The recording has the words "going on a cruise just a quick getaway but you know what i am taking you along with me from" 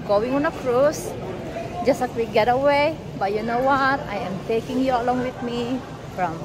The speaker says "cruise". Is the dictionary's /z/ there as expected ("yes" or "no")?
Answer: no